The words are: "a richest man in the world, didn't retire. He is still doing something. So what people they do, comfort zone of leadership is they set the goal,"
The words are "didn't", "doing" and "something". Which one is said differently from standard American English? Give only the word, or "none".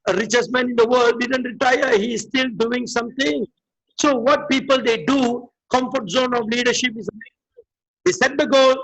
something